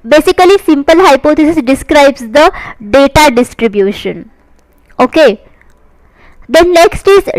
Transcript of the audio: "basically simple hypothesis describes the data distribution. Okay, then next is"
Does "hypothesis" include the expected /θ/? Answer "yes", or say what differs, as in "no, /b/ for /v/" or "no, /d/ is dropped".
no, /t/ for /θ/